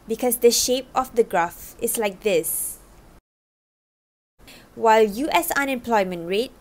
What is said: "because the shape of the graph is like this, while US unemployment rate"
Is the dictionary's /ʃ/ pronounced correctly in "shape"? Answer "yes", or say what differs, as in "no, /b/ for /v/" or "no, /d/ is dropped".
yes